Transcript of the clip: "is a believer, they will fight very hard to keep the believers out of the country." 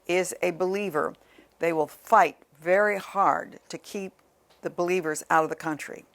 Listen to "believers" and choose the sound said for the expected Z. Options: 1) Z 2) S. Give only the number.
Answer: 1